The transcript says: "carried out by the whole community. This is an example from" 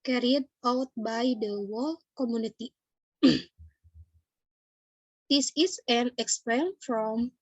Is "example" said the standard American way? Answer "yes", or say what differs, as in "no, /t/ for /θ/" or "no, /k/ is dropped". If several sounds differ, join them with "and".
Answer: no, /n/ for /l/